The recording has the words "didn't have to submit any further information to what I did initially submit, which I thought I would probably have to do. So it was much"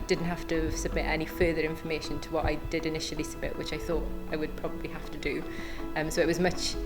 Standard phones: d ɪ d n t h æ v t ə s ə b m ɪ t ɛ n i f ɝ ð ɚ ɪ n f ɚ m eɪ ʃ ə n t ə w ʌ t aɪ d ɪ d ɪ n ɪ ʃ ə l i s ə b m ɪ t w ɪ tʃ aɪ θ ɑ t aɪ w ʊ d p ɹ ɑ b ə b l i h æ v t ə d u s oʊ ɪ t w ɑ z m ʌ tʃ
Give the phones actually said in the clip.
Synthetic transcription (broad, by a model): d ɪ d n t h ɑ f t ə s ə b m ɪ t ɛ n i f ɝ ð ɚ ɪ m f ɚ m eɪ ʃ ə n t ə w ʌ t aɪ d ɪ d ɪ n ɪ ʃ ə l i s ə b m ɪ t w ɪ tʃ aɪ θ ɑ t aɪ w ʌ d p ɹ ɑ b ə b l i h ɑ f t ə d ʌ s oʊ ɪ t w ɑ z m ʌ tʃ